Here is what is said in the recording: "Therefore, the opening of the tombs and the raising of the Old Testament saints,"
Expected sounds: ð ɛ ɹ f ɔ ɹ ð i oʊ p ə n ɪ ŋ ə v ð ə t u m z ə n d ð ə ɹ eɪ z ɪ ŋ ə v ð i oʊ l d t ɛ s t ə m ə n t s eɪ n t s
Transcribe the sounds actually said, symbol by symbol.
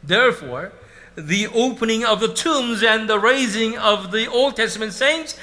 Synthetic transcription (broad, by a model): ð ɛ ɹ f ɔ ɹ ð i oʊ p ə n ɪ ŋ ə v ð ə t u m z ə n ð ə ɹ eɪ z ɪ ŋ ə v ð i oʊ l d t ɛ s t ə m ə n t s eɪ n t s